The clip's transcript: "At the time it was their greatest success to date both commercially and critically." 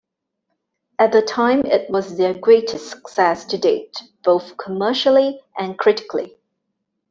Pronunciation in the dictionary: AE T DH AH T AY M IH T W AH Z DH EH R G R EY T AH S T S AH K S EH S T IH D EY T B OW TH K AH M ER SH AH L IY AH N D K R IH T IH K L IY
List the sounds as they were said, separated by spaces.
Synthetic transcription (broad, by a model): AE T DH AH T AY M IH T W AH Z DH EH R G R EY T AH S S AH K S EH S T IH D EY T B OW TH K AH M ER SH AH L IY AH N K R IH T IH K L IY